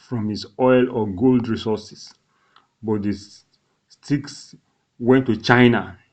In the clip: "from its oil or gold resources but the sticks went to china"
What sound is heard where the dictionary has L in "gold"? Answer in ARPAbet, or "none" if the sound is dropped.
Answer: L